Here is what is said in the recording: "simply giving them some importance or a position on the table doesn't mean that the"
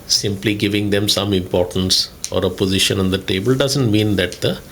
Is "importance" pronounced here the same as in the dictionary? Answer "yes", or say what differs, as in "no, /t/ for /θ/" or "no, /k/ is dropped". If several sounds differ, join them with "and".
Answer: yes